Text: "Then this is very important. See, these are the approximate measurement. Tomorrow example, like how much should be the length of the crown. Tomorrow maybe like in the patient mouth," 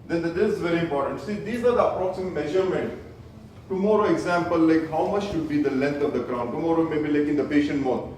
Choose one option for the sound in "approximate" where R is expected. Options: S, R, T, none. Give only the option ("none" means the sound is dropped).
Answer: R